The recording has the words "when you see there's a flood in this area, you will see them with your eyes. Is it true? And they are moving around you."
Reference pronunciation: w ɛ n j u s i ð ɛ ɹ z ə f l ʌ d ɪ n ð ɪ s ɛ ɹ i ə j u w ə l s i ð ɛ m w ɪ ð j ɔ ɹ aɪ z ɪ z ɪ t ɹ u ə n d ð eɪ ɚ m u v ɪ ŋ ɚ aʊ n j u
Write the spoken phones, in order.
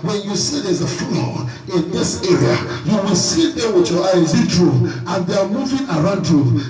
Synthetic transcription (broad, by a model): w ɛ n j u s i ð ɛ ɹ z ə f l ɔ ɪ n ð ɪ s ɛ ɹ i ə j u w ə l s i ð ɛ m w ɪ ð j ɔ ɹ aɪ ɪ z ɪ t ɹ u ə n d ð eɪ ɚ m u v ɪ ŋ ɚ aʊ n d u